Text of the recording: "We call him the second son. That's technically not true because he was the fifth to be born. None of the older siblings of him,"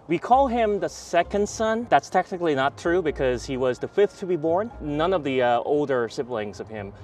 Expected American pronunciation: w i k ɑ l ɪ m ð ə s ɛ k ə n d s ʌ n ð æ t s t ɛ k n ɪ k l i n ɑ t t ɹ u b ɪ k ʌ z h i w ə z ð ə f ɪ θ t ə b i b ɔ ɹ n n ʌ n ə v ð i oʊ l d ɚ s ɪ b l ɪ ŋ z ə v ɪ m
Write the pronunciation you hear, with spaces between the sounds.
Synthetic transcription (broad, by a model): w i k ɑ l ɪ m ð ə s ɛ k ə n d s ʌ n ð æ t s t ɛ k n ɪ k l i n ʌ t t ɹ u b ɪ k ʌ z h i w ə z ð ə f ɪ θ t ə b i b ɔ ɹ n n ʌ n ə v ð i oʊ l d ɚ s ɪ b l ɪ ŋ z ə v ɪ m